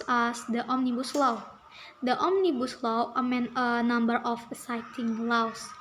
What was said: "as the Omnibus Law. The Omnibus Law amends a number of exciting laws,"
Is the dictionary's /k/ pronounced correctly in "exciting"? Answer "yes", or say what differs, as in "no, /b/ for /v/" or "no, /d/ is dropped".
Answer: no, /k/ is dropped